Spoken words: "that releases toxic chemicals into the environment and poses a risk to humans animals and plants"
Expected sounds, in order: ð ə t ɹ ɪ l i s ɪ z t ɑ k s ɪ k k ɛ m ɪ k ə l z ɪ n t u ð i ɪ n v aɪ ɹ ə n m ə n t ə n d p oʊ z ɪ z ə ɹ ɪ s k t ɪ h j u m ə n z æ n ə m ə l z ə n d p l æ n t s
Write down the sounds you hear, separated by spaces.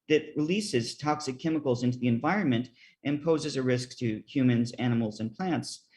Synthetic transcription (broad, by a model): ð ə t ɹ ɪ l i s ɪ z t ɑ k s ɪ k k ɛ m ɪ k l z ɪ n t u ð i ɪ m v aɪ ɹ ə n m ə n t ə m p oʊ z ɪ z ə ɹ ɪ s k t ɪ h j u m ə n z æ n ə m l z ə n p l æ n t s